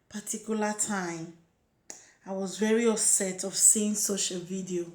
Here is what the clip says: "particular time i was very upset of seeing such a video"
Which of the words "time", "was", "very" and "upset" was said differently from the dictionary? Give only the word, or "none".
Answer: upset